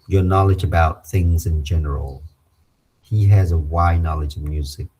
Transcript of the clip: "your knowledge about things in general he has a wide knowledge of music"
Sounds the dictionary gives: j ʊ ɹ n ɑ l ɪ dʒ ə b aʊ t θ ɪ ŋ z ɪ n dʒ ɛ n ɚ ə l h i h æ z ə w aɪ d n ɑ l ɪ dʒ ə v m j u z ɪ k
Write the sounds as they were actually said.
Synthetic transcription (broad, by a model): j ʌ ɹ n ɑ l ɪ dʒ ə b aʊ t θ ɪ ŋ z ɪ n dʒ ɛ n ɚ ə l h i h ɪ z ə w aɪ n ɑ l ɪ dʒ ə v m j u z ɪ k